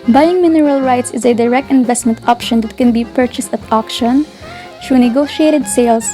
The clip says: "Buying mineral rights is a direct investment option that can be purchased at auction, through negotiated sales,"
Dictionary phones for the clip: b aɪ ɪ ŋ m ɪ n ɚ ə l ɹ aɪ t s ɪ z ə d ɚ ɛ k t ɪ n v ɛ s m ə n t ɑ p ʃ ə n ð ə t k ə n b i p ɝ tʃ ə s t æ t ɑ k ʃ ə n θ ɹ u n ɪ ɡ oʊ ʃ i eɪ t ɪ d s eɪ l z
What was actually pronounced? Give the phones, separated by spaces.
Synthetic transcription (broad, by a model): b aɪ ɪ ŋ m ɪ n ɚ ə l ɹ aɪ t s ɪ z ə d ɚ ɛ k t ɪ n v ɛ s m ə n t ɑ p ʃ ə n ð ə t k ə n b i p ɝ tʃ ə s t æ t ɑ k ʃ ə n t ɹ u n ɪ ɡ oʊ ʃ i eɪ t ɪ d s eɪ l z